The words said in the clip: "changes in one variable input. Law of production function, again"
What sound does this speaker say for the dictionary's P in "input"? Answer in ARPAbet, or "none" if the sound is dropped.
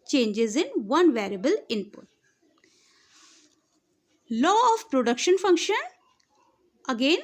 P